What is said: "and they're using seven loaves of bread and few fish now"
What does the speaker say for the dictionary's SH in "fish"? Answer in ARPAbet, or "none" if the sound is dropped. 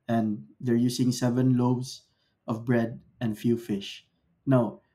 SH